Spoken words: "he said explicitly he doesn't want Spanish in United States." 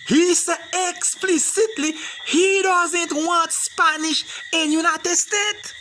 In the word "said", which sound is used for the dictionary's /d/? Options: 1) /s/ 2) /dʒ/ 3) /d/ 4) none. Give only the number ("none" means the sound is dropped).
4